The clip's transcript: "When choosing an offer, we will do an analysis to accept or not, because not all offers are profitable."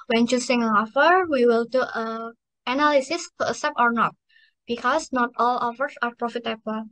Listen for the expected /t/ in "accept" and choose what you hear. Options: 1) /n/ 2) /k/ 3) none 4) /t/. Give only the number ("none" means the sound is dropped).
3